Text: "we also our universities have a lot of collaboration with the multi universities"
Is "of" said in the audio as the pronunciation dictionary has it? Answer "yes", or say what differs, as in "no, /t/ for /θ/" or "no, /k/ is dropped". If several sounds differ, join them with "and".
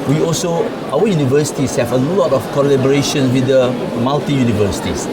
no, /f/ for /v/